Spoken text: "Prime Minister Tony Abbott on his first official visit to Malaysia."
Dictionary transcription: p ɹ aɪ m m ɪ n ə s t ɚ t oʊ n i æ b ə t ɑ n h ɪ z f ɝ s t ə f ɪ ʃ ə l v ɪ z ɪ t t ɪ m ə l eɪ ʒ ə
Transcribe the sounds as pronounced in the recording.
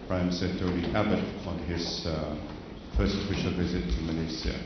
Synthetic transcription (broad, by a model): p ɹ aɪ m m s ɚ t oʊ l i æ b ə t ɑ n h ɪ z f ɝ s t ə f ɪ ʃ ə l v ɪ z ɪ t t ɪ m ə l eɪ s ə